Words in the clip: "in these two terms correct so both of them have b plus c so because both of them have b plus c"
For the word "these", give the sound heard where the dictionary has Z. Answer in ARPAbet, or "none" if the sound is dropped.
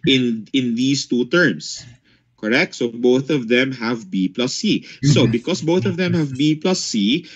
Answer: S